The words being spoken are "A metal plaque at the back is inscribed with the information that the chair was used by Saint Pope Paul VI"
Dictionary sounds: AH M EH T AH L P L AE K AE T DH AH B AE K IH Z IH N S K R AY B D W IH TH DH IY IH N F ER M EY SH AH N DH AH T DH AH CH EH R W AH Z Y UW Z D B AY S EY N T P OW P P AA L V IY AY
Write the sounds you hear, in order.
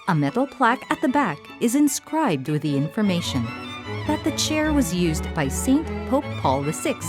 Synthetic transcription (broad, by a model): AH M EH T L P L AE K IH T DH AH B AE K IH Z IH N S K R AY B D W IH DH IY IH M F ER M EY SH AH N DH AH T DH AH CH EH R W AH Z Y UW Z B AY S EY N P OW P P AA L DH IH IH